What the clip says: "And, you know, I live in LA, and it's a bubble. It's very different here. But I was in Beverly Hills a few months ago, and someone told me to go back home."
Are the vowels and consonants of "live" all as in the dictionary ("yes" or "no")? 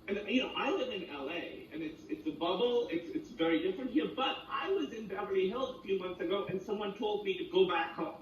no